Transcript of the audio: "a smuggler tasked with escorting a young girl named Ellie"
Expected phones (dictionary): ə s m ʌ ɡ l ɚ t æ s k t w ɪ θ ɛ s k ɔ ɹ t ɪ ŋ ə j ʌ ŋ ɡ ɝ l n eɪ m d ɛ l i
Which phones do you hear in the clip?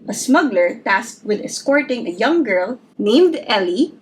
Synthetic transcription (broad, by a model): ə s m ʌ ɡ l ɚ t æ s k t w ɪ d ɛ s k ɔ ɹ t ɪ ŋ ə j ʌ ŋ ɡ ɝ l n eɪ m d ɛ l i